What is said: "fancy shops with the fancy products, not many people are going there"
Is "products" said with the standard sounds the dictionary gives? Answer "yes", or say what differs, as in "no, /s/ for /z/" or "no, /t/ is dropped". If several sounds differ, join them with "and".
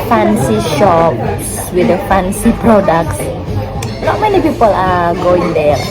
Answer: yes